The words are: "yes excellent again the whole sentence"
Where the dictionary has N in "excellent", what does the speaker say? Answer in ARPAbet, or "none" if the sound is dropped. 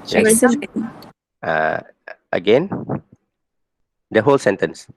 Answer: none